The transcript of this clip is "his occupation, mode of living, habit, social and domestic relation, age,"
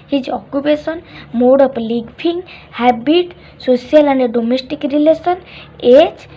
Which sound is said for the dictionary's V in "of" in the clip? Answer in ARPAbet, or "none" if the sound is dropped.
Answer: P